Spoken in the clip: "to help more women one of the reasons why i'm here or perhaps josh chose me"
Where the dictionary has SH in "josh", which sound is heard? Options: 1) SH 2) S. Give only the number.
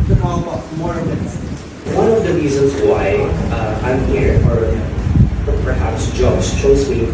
2